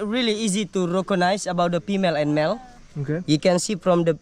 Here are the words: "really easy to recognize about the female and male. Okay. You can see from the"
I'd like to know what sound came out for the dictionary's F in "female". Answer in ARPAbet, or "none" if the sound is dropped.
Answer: P